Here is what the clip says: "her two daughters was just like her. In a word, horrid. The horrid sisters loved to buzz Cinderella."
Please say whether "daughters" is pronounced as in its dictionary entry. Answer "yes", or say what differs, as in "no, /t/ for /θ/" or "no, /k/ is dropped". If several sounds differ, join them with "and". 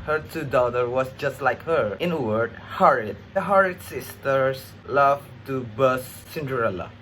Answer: no, /z/ is dropped